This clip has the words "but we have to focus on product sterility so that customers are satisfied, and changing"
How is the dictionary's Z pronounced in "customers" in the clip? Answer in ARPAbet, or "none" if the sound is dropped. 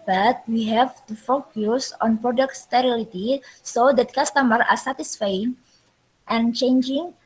none